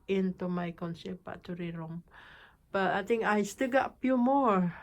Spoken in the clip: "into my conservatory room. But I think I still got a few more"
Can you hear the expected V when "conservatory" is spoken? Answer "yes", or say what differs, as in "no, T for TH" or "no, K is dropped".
no, P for V